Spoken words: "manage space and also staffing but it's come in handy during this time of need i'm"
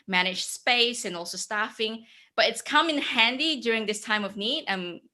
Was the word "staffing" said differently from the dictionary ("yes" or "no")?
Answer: no